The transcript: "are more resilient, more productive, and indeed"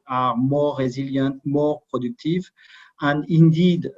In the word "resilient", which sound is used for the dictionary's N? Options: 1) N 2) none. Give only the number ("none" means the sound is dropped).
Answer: 2